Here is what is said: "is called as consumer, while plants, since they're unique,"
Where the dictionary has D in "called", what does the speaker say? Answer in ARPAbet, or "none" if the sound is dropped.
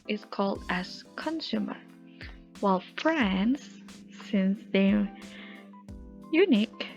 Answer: D